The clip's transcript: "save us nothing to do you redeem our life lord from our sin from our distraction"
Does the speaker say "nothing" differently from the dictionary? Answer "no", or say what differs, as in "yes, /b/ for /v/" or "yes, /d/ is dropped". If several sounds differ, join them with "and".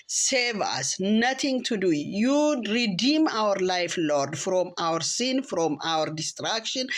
yes, /t/ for /θ/